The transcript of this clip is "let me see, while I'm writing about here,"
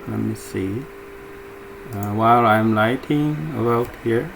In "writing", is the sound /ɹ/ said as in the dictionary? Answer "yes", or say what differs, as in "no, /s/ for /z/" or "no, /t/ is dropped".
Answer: no, /l/ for /ɹ/